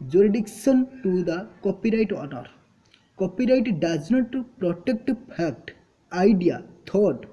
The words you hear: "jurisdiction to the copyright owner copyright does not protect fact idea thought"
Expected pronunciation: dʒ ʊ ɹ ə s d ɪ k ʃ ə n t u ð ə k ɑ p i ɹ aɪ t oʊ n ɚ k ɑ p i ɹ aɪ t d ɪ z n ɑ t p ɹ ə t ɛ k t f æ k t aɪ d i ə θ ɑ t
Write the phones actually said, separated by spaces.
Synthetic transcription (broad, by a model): dʒ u ɹ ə d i k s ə n t u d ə k ɑ p i ɹ aɪ t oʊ n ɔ k ɑ p i ɹ aɪ t d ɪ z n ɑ t p ɹ ə t ɛ k t p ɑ k t aɪ d i ə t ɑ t